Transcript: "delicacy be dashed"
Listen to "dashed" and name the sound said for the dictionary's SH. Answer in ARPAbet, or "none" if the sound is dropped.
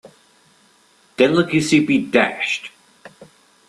SH